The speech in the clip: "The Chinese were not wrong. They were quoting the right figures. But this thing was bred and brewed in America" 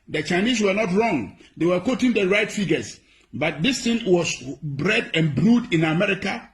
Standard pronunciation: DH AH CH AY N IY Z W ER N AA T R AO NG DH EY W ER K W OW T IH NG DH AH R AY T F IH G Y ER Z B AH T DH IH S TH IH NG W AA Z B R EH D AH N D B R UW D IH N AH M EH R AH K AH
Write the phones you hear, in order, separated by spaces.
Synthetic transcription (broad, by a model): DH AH CH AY N IY S W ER N AA T R AO NG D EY W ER K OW T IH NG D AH R AY T F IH G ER S B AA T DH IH S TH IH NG W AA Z B R EH D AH N B R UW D IH N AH M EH R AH K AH